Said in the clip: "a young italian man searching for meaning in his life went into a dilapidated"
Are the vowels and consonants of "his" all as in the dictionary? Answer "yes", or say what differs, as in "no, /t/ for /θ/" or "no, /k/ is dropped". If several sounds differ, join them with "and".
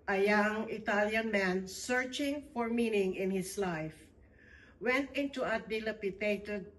no, /s/ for /z/